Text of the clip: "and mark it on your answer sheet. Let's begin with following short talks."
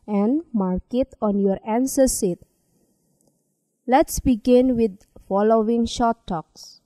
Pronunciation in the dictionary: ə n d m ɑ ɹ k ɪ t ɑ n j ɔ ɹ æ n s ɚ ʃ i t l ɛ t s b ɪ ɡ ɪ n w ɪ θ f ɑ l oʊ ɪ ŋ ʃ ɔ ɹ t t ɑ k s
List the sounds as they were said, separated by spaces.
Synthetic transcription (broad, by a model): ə n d m ɑ ɹ k ɪ t ɑ n j ɔ ɹ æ n s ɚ s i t l ɛ t s b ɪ ɡ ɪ n w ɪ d f ɑ l oʊ ɪ ŋ ʃ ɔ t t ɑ k s